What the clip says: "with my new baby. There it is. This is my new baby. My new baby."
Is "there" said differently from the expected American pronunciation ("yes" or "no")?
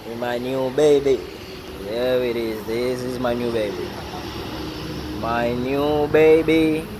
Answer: yes